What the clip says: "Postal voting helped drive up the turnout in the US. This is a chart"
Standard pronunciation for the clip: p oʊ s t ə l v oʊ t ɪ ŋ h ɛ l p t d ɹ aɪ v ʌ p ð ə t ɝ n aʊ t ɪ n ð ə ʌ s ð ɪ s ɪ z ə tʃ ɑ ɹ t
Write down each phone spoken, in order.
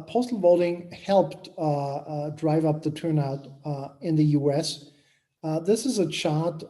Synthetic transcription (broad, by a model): p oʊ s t l v oʊ t ɪ ŋ h ɛ l p t d ɹ aɪ v ʌ p ð ə t ɝ n aʊ t ɪ n ð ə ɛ s ð ɪ s ɪ z ə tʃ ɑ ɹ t